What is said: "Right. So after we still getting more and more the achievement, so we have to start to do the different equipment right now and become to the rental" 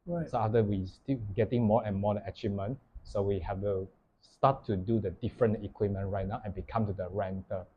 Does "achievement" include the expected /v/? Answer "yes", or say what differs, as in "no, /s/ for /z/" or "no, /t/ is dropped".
no, /v/ is dropped